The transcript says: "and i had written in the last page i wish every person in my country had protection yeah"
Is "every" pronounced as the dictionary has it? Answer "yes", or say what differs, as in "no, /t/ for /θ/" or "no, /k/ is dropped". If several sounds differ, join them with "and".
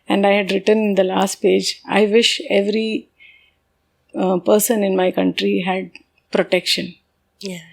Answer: yes